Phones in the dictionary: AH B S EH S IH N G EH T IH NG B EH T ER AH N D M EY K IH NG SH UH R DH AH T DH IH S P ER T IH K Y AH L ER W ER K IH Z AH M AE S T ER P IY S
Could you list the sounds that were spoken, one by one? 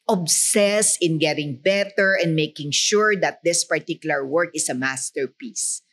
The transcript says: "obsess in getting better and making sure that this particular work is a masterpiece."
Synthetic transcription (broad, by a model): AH B S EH S IH N G EH T IH NG B EH T ER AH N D M EY K IH NG SH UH R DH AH T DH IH S P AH T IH K Y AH L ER W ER K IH S AH M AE S T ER P IY S